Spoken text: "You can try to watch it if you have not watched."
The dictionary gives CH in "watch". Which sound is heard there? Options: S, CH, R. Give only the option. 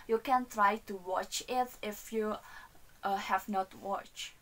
CH